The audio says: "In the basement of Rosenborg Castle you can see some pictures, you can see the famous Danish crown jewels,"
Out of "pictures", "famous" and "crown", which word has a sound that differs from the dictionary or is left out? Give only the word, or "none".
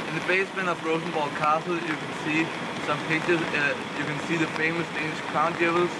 pictures